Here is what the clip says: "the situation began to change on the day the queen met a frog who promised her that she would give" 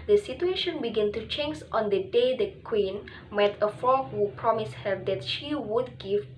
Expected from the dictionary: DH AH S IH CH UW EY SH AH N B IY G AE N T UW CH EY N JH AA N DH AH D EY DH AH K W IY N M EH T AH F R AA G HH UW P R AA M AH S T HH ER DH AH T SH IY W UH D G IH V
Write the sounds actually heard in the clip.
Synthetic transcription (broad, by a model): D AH S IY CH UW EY SH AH N B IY G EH N T UW CH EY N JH AA N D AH D EY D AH K W IY N M EH T AH F AA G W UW P R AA M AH S HH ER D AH T SH IY W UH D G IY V